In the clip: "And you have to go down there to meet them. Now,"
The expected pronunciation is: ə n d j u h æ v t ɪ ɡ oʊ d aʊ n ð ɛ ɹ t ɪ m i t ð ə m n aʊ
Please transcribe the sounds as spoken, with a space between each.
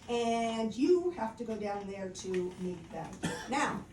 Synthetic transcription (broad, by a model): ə n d j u h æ f t ɪ ɡ oʊ d aʊ n ð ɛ ɹ t ɪ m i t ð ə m n aʊ